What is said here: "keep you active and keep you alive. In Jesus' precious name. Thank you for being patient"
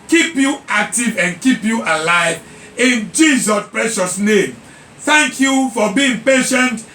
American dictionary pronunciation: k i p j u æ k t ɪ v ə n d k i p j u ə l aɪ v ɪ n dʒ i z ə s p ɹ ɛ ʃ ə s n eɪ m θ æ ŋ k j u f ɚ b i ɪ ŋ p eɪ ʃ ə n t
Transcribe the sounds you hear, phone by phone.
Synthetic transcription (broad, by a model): k i p j u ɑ k t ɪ v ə n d k i p j u ə l aɪ v ɪ n dʒ i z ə s p ɹ ɛ ʃ ə s n eɪ m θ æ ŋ k j u f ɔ b i ɪ ŋ p eɪ ʃ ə n t